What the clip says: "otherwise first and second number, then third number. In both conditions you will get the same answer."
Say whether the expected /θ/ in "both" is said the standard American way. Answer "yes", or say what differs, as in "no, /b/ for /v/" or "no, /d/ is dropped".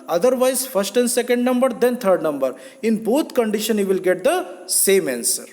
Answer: no, /t/ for /θ/